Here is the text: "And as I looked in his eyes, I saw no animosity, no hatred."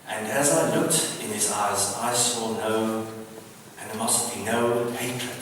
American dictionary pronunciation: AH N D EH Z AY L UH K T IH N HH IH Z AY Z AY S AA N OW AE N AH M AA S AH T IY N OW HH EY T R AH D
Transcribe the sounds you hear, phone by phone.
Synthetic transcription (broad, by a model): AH N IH Z AY L UH K T IH N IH Z AY Z AY S AA N OW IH N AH M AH S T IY N OW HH EY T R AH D